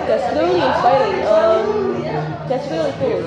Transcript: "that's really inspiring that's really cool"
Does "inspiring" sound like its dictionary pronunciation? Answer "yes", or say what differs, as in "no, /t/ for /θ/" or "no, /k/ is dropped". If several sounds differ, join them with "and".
no, /p/ is dropped